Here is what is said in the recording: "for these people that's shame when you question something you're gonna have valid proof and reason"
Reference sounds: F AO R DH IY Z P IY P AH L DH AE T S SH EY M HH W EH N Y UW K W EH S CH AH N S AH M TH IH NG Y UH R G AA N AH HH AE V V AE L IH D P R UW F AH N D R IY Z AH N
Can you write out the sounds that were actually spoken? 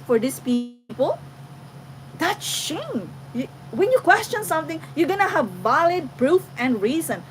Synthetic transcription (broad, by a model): F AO R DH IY S P IY P AH L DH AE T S SH EY M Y W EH N Y UW K W EH S CH AH N S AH M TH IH NG Y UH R G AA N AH HH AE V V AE L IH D P R UW F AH N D R IY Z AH N